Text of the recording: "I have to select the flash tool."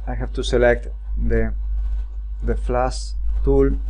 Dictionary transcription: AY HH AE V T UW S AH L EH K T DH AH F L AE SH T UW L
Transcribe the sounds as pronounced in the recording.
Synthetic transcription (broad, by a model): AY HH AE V T UW S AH L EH K T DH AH F L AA S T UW L